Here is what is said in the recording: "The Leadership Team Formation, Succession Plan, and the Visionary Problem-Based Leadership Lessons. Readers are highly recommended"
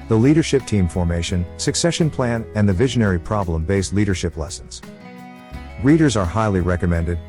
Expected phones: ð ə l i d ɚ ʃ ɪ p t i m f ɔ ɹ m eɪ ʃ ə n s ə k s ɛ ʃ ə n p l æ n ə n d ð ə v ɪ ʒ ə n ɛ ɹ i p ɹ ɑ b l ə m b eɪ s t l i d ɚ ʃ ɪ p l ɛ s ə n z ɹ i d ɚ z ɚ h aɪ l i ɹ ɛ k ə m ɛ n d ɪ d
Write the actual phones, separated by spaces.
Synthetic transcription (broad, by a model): ð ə l i d ɚ ʃ ɪ p t i m f ɔ ɹ m eɪ ʃ ə n s ə k s ɛ ʃ ə n p l æ n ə n ð ə v ɪ ʒ ə n ɛ ɹ i p ɹ ɑ b l ə m b eɪ s t l i d ɚ ʃ ɪ p l ɛ s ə n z ɹ i d ɚ z ɚ h aɪ l i ɹ ɛ k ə m ɛ n d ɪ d